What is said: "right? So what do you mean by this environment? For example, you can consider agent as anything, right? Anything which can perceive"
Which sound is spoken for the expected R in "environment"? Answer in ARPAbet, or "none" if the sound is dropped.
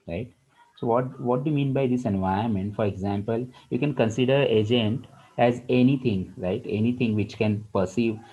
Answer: none